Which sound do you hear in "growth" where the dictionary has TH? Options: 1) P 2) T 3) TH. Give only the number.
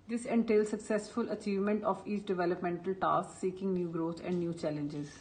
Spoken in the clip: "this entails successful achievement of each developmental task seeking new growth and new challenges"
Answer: 2